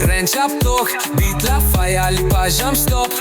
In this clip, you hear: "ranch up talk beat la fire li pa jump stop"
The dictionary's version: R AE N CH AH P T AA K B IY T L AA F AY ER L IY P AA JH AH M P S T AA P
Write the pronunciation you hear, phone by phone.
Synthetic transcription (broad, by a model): R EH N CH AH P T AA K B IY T L AA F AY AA L IY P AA ZH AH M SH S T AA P